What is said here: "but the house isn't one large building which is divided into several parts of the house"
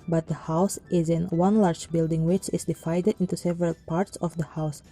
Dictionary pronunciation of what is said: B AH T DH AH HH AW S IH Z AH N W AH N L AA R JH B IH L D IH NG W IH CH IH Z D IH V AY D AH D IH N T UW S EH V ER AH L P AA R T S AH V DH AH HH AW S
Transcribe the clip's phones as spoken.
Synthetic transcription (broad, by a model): B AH T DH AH HH AW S IH Z AH N W AH N L AA R JH B IH L D IH NG W IH CH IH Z D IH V AY D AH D IH N T UW S EH V ER AH L P AA R T S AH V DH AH HH AW S